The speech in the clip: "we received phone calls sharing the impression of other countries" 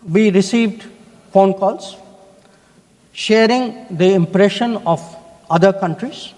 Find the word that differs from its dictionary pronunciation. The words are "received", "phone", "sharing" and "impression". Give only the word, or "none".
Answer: none